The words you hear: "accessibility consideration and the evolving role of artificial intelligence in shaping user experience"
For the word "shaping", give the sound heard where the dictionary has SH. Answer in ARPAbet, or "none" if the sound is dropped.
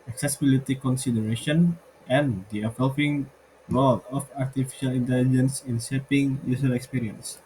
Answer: S